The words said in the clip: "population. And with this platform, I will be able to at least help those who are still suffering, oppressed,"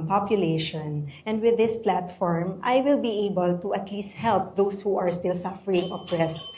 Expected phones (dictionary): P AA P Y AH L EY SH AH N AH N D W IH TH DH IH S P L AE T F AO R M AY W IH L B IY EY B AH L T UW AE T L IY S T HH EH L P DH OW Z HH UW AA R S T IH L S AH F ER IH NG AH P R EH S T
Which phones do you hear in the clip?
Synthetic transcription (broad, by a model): P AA P Y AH L EY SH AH N AH N D W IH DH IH S P L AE T F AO R M AY W IH L B IY EY B AH L T UW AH T L IY S T HH EH L P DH OW S HH UW AA R S T IH L S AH F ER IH NG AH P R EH S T